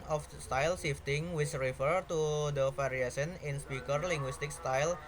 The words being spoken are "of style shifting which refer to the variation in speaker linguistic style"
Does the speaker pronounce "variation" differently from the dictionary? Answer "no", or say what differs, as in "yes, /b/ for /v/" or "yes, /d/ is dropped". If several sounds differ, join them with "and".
yes, /f/ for /v/